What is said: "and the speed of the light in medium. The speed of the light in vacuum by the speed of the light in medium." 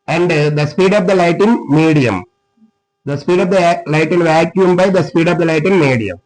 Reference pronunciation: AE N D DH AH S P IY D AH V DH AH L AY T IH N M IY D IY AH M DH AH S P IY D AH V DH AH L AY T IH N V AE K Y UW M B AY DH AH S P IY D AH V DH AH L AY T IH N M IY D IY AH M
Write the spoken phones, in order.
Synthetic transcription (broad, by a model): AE N D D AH S P IY D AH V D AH L AY T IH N M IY D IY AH M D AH S P IY D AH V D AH L AY T IH N V AE K Y UW M B AY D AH S P IY D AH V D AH L AY T IH N M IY D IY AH M